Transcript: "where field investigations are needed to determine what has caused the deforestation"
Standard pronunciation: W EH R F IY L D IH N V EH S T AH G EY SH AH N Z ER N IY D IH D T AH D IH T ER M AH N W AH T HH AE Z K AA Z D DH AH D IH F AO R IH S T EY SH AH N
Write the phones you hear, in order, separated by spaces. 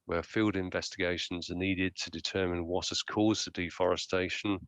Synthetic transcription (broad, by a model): W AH F IY L D IH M V EH S T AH G EY SH AH N Z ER N IY D IH D T AH D IH T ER M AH N W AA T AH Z K AA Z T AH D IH F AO R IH S T EY SH AH N